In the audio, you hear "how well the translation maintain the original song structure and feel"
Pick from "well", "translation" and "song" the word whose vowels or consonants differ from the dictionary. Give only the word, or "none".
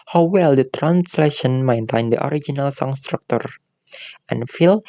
none